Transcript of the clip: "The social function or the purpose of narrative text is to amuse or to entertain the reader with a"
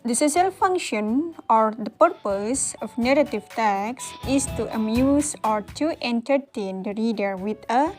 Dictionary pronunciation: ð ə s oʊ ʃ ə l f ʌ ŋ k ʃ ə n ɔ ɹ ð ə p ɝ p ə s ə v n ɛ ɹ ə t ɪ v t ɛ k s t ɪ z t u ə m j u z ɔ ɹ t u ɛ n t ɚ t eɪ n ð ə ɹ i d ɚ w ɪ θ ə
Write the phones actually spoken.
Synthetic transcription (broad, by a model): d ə s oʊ s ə l f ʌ ŋ k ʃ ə n ɔ ɹ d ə p ɝ p ə s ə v n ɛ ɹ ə t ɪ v t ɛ k s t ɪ s t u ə m j u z ɔ ɹ t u ɛ n t ɚ t eɪ n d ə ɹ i d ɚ w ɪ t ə